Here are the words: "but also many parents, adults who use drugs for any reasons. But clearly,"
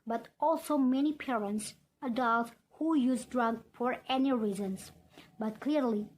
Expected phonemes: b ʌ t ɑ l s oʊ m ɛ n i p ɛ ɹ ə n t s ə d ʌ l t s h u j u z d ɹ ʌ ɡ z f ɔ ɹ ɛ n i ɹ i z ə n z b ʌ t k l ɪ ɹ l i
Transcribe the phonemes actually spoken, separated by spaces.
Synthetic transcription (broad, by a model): b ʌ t ɑ l s oʊ m ɛ n i p ɛ ɹ ə n t s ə d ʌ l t h u j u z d ɹ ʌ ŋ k f ɔ ɹ ɛ n i ɹ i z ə n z b ʌ t k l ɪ ɹ l i